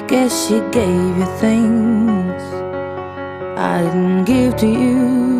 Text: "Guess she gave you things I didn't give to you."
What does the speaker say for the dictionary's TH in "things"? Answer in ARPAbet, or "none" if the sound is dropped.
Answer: TH